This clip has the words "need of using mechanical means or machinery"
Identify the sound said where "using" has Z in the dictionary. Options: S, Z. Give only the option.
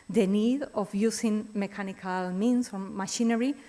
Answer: S